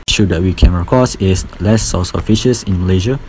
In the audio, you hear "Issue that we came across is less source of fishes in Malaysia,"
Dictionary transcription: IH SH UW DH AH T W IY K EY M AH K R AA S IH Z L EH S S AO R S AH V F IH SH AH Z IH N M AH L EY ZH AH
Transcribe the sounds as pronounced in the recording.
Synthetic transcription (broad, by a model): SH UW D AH T W IY K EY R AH K AA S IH S L EH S S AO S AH F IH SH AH S IH N M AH L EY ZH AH